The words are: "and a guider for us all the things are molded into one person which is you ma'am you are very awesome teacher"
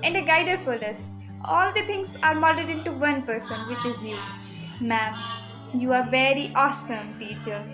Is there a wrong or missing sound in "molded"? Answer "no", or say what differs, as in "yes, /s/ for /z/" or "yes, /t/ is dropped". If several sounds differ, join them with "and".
yes, /l/ is dropped